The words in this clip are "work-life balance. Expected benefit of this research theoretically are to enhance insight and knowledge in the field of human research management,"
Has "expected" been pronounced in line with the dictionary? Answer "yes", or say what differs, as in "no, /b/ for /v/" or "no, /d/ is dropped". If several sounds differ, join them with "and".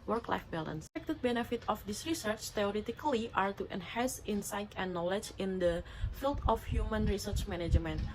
no, /p/ is dropped